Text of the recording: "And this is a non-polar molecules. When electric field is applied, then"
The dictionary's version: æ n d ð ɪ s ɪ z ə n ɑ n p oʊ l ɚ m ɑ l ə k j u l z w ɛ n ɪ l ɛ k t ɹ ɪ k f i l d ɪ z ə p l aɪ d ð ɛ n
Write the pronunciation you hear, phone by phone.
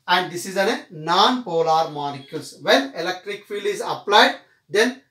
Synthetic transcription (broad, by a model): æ n d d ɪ s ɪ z ə n ɑ n p oʊ l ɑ m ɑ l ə k j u l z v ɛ n ɪ l ɛ k t ɹ ɪ k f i l ɪ z ə p l aɪ d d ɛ n